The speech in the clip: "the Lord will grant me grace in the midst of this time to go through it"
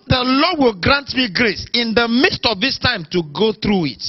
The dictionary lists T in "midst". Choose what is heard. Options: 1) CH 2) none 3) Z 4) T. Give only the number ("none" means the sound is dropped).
4